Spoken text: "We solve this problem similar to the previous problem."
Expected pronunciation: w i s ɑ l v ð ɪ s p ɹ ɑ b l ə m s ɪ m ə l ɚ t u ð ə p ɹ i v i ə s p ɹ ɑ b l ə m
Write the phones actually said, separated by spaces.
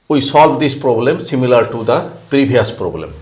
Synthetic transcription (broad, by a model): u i s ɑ l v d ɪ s p ɹ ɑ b l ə m s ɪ m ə l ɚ t u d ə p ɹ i b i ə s p ɹ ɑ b l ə m